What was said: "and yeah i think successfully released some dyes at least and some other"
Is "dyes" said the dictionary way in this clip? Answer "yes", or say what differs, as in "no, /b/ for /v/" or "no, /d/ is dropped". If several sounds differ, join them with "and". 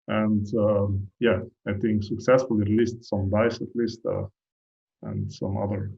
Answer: no, /s/ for /z/